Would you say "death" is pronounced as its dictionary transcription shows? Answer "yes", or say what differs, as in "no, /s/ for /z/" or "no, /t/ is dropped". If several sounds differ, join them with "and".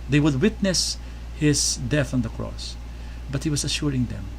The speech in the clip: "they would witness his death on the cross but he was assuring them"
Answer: yes